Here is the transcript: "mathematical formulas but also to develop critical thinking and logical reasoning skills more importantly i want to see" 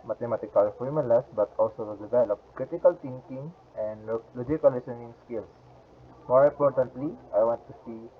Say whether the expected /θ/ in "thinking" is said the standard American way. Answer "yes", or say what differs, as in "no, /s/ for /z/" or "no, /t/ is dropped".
no, /t/ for /θ/